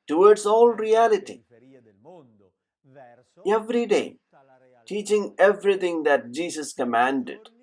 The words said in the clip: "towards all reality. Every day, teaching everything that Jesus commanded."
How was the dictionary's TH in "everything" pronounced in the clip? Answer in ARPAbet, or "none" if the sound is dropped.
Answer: T